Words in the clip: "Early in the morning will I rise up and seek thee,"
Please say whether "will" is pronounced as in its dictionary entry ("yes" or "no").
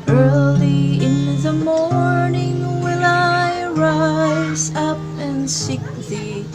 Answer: no